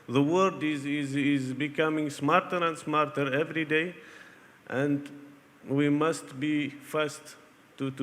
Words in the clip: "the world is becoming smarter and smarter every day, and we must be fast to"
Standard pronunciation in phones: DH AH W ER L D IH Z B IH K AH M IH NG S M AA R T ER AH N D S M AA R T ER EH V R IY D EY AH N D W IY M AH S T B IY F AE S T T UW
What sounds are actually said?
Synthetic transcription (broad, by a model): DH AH W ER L D IH Z B IH K AH M IH NG S M AA R T ER AH N D S M AA R T ER EH V R IY D EY AH N D W IY M AH S T B IY F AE S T T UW